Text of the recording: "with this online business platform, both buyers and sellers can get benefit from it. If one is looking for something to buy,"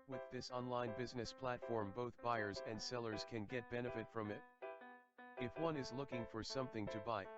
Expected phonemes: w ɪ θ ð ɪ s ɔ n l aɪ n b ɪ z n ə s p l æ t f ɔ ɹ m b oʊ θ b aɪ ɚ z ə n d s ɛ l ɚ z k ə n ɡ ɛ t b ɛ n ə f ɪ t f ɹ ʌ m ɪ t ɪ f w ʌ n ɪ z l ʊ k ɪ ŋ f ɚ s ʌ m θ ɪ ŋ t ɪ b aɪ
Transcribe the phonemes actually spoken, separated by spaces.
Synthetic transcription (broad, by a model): w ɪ ð ɪ s ɔ n l aɪ n b ɪ z n ə s p l æ t f ɔ ɹ m b oʊ θ b aɪ ɚ z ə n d s ɛ l ɚ z k ə n ɡ ɛ t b ɛ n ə f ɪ t f ɹ ʌ m ɪ t ɪ f w ʌ n ɪ z l ʊ k ɪ ŋ f ɚ s ʌ m θ ɪ ŋ t ɪ b aɪ